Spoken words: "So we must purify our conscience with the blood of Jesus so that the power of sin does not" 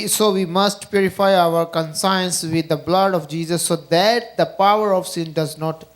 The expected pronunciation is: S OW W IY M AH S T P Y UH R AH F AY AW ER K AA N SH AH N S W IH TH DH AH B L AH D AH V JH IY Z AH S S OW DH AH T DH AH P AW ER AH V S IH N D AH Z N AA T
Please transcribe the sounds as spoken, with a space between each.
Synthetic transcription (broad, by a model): S OW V IY M AH S T P Y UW R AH F AY AW ER K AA N S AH N S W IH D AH B L AH D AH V JH IY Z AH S S OW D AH T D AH P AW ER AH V S IH N D AH Z N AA T